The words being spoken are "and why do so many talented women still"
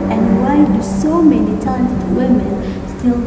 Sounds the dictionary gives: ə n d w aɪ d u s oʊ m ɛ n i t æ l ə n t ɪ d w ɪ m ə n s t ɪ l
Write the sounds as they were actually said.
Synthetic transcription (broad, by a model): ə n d w aɪ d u s oʊ m ɛ n i t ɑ ə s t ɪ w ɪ m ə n s t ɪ l